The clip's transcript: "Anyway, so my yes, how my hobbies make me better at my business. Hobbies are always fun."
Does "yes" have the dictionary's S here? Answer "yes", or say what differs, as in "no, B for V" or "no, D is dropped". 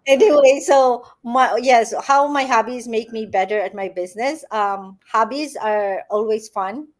yes